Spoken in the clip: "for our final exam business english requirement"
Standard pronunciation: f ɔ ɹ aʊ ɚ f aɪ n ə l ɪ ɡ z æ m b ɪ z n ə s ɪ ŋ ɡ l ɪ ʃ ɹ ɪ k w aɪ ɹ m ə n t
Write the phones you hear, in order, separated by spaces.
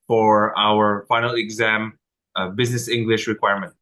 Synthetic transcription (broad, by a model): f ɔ ɹ aʊ ɚ f aɪ n ə l ɪ ɡ z æ m b ɪ z n ə s ɪ ŋ ɡ l ɪ ʃ ɹ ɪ k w aɪ ɹ m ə n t